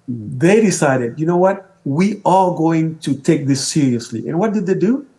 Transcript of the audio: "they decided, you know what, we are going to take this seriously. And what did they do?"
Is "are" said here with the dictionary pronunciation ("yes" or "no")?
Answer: no